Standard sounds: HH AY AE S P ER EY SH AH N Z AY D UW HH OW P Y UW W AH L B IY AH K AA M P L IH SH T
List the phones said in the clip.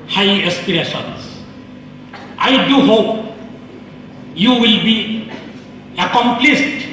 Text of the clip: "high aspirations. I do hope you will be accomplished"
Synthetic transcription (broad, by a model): HH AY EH S P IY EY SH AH N S AY D UW HH OW P Y UW W AH L B IY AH K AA M P L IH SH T